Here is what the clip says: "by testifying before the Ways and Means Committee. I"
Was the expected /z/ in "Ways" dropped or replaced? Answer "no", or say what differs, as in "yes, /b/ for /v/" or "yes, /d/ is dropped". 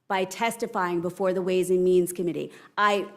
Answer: no